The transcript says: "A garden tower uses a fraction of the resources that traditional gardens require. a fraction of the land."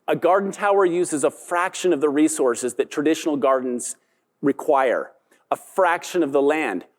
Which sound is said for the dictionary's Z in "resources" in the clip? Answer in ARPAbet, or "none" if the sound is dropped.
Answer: Z